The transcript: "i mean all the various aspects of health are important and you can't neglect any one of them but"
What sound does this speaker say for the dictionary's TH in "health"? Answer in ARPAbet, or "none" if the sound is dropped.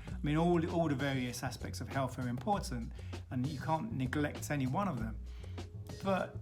TH